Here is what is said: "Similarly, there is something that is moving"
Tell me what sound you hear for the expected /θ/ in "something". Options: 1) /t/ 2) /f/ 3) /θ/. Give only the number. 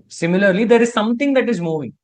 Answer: 1